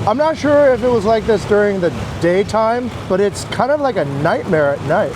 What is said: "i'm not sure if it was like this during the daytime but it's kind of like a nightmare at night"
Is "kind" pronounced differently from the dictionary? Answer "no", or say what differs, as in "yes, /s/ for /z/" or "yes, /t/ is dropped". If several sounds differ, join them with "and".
no